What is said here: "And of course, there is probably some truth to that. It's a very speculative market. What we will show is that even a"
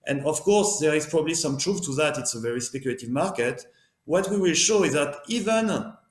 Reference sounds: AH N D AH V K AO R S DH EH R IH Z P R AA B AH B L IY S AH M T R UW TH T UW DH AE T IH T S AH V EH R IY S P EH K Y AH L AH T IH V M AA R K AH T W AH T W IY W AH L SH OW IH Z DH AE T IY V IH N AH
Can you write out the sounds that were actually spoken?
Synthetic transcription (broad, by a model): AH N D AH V K AO R S DH EH R IH Z P R AA B AH B L IY S AH M T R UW F T UW DH AE T IH T S AH V EH R IY S P EH K Y AH L AH T IH V M AA R K AH T W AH T W IY W AH L SH OW IH Z DH AE T IY V IH N